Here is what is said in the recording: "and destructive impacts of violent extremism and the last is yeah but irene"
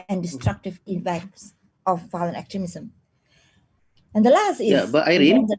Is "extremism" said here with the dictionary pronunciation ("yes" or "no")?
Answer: no